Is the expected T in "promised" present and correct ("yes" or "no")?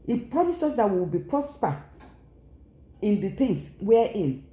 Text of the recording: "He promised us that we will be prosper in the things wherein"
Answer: no